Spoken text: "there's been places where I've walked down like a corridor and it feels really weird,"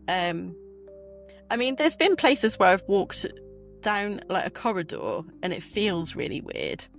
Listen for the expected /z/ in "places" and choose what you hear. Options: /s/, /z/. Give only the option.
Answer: /z/